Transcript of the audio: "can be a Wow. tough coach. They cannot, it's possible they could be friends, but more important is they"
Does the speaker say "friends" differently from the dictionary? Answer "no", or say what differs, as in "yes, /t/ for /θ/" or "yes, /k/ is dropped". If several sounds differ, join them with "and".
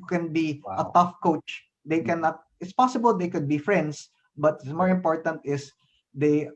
yes, /s/ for /z/